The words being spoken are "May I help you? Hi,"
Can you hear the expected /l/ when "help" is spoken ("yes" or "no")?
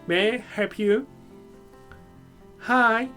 no